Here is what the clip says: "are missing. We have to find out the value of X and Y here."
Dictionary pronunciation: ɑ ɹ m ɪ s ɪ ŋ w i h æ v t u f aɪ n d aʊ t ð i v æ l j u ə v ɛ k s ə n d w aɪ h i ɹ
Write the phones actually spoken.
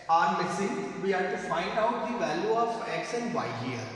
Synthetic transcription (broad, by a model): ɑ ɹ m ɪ s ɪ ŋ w i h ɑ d t u f aɪ n d aʊ t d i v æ l j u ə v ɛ k ʃ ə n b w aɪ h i ɹ